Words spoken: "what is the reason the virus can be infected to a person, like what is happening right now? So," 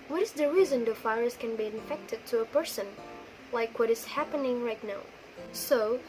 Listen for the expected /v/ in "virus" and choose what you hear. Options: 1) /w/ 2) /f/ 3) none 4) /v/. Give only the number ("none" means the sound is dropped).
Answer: 2